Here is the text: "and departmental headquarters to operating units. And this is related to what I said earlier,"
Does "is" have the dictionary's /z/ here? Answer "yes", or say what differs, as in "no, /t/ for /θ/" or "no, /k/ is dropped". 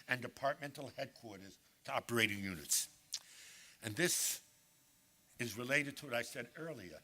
yes